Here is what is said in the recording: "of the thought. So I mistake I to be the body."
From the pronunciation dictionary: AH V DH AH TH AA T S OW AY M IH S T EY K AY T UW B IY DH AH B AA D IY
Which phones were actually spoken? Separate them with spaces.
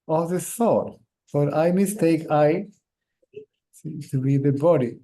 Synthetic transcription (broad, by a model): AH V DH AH S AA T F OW AY M IH S T EY K AY T UW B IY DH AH B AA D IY